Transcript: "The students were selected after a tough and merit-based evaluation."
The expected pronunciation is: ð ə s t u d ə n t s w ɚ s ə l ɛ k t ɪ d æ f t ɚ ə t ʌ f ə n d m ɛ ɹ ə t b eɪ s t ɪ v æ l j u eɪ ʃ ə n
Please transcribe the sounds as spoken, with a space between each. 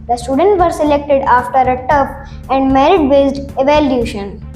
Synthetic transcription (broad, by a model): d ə s t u d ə n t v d s ə l ɛ k t ɪ d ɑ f t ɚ ə t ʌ p ə n d m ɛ ɹ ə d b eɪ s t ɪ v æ l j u ʃ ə n